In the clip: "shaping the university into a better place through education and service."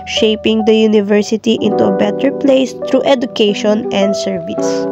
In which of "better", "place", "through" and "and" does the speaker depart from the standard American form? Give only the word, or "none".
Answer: through